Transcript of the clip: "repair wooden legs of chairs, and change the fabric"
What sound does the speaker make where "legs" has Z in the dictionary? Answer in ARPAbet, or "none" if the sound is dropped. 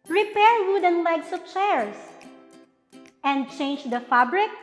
S